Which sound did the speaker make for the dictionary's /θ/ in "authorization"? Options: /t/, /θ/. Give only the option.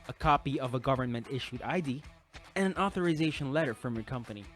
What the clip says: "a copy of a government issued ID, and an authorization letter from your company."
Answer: /θ/